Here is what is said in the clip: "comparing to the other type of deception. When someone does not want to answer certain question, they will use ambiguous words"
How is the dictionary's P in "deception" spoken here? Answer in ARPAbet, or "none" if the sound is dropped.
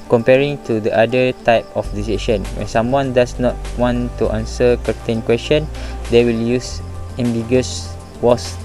none